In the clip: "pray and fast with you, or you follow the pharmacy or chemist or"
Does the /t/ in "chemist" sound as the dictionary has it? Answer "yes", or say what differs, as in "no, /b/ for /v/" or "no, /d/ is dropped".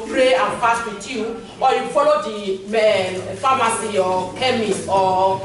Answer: no, /t/ is dropped